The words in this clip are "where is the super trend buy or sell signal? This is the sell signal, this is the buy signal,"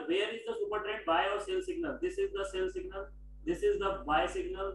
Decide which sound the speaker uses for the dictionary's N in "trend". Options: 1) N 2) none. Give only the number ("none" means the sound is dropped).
2